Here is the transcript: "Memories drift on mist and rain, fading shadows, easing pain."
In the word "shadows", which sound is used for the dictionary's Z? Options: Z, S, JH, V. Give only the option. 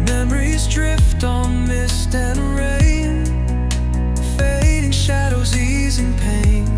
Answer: Z